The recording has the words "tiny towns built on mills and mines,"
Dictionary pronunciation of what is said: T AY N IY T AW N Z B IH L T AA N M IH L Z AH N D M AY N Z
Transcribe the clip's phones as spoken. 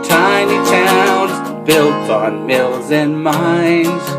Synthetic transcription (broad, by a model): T AY N IY T AW N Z B IH L T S N M IH L Z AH N M AY N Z